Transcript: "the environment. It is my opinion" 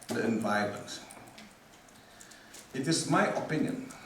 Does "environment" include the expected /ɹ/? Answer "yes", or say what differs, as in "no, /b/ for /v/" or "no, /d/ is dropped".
no, /ɹ/ is dropped